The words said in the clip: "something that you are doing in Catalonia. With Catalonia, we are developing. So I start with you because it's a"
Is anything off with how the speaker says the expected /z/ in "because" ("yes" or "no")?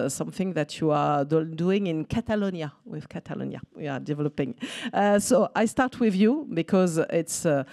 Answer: no